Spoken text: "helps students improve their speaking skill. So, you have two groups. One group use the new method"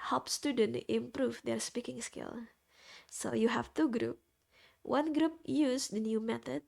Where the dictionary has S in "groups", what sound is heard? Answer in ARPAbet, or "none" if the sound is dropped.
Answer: none